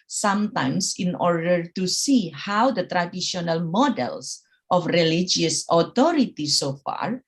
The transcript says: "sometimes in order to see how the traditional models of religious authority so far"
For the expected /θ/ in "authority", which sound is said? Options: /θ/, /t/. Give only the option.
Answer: /t/